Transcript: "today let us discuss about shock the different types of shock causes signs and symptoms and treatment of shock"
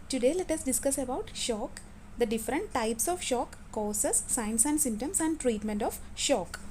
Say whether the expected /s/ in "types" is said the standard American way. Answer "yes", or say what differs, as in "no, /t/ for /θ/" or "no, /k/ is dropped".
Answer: yes